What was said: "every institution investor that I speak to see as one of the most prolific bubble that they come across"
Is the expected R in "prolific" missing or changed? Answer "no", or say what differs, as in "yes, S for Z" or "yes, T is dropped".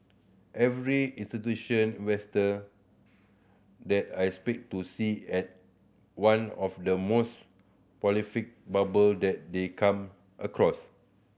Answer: yes, R is dropped